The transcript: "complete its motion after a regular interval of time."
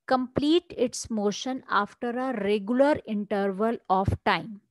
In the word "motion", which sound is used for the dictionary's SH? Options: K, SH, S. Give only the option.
SH